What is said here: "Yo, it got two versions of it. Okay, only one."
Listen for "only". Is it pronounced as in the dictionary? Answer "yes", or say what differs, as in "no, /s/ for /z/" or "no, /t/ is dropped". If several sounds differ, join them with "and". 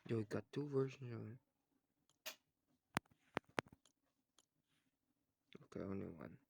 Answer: no, /l/ is dropped